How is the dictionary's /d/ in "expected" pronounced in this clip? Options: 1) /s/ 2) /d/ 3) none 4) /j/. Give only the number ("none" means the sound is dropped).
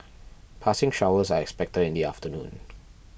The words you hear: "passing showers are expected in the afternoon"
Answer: 3